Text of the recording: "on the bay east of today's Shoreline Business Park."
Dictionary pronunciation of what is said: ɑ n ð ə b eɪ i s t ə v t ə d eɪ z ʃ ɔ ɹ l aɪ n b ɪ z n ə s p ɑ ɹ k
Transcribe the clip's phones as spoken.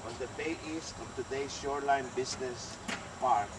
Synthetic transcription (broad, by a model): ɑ n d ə b eɪ i s t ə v t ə d eɪ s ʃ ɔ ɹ l aɪ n b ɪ s n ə s p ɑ ɹ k